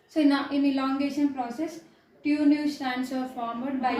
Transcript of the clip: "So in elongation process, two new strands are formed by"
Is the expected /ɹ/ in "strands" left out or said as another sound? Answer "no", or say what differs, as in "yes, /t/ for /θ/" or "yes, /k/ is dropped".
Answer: yes, /ɹ/ is dropped